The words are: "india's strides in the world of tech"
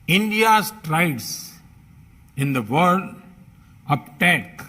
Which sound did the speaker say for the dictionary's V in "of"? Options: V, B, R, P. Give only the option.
P